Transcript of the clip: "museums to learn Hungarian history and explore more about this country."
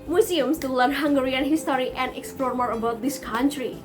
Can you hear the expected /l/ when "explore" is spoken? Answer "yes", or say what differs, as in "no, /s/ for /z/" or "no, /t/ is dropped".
yes